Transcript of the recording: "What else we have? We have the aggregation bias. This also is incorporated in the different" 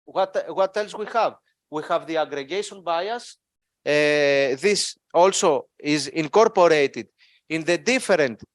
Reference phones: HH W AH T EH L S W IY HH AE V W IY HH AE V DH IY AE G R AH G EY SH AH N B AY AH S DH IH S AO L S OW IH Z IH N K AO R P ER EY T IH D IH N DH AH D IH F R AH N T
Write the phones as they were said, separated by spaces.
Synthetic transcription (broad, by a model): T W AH T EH L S W IY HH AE V W IY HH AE V DH IY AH G R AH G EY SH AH N B AY AH S DH IH S AO L S OW IH Z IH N K AO R P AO EY T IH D IH N DH AH D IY F R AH N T